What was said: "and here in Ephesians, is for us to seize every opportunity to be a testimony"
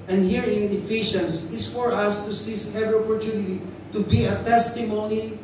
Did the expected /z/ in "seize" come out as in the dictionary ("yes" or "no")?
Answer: no